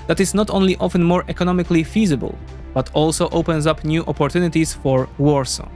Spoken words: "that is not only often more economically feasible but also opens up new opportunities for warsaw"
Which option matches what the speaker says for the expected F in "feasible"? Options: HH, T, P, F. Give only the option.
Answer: F